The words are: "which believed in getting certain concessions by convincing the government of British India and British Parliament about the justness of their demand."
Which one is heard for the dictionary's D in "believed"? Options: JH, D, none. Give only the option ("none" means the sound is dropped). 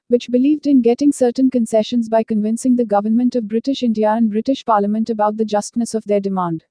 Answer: D